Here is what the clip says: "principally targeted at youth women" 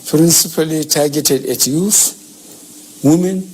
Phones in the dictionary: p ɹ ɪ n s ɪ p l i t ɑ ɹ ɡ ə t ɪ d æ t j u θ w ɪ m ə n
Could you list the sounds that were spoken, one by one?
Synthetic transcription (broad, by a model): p ɹ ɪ n s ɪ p l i t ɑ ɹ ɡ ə t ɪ d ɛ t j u f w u m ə n